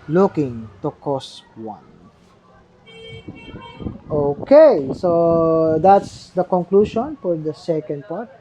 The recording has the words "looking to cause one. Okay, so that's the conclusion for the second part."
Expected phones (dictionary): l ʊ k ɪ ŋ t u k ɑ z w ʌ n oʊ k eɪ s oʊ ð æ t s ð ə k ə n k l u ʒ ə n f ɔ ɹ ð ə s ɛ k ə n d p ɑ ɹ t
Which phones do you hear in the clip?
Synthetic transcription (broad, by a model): l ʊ k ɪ ŋ t u k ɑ s w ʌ n oʊ k eɪ s oʊ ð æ t s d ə k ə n k l u ʃ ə n f ɔ ɹ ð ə s ɛ k ə n d p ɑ ɹ t